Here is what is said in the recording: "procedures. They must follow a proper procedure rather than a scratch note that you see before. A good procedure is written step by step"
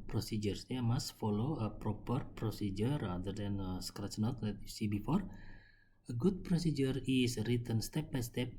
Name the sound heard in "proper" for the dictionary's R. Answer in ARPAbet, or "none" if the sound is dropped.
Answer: R